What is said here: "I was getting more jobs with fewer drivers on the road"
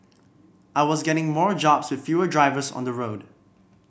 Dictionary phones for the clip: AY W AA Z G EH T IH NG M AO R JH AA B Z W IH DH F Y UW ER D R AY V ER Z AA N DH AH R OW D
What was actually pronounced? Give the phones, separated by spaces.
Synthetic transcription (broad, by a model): AY W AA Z G EH T IH NG M AO R JH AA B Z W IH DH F Y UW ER D R AY V ER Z AA N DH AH R OW D